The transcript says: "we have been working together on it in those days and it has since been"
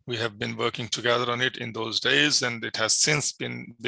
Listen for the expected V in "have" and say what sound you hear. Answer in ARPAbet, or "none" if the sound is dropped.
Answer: V